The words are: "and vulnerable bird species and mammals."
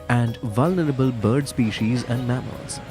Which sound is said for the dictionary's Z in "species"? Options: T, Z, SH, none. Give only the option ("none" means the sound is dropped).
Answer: Z